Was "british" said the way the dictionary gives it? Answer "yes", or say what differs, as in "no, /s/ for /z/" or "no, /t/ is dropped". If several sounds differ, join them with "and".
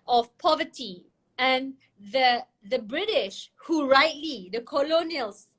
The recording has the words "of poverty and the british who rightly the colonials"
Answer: yes